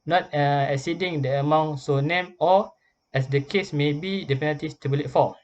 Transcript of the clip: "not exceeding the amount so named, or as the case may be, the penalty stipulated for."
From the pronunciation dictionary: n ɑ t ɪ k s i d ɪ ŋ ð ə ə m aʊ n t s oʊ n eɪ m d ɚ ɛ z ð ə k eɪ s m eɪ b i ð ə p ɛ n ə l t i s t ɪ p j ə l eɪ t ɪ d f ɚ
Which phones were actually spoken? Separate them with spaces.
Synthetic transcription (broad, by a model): n ɑ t ɪ k s i d ɪ ŋ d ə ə m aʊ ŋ s oʊ n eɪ m ɔ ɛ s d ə k eɪ s m eɪ b i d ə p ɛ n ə t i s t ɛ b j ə l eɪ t f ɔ